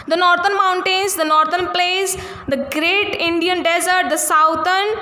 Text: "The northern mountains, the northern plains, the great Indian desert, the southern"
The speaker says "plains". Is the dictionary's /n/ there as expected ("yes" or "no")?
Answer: no